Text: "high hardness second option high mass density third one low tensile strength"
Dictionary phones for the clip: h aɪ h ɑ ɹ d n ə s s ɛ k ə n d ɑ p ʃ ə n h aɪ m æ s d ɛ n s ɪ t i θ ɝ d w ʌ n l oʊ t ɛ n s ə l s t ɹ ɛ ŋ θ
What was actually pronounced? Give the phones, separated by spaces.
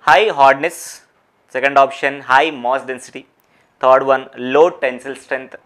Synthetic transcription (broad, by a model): h aɪ h ɑ ɹ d n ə s s ɛ k ə n d ɑ p ʃ ə n h aɪ m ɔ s d ɛ n s ɪ t i t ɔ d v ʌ n l oʊ t ɛ n s ə l s t ɹ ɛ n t